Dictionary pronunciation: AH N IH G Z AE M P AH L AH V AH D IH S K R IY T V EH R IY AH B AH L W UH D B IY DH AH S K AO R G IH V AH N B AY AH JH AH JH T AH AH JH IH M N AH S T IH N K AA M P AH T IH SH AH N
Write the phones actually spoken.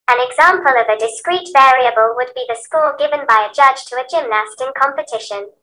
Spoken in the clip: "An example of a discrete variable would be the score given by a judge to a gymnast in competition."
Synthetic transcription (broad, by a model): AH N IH G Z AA M P AH L AH V AH D IH S K R IY T V EH R IY AH B AH L W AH D B IY DH AH S K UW L G IH V AH N B AY AH JH AH JH T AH AH JH IH M N AH S T IH N K AA M P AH T IH SH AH N